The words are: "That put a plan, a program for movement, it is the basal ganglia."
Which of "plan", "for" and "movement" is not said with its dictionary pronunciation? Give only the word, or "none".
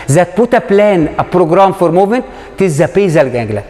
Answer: none